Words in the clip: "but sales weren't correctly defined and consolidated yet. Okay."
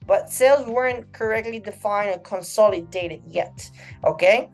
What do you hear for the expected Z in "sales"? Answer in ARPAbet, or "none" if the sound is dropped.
Z